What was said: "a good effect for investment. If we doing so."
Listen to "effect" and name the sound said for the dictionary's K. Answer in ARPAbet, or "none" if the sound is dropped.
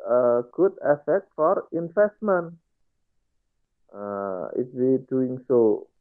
K